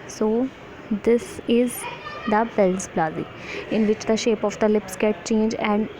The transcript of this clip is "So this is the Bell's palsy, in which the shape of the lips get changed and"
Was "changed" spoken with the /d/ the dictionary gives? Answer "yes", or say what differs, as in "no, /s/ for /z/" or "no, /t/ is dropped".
no, /d/ is dropped